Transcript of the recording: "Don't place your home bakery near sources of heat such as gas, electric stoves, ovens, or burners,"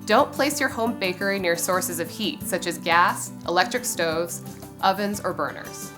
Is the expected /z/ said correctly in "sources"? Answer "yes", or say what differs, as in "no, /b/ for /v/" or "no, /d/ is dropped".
yes